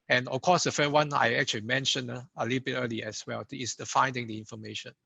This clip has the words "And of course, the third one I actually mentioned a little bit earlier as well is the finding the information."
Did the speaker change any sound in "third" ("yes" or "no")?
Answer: yes